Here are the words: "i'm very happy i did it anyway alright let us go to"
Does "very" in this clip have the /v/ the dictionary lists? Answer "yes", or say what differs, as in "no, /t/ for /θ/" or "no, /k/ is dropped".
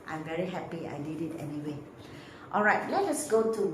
yes